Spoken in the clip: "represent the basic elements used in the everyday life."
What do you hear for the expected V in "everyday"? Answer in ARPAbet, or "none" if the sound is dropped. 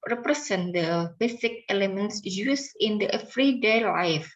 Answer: F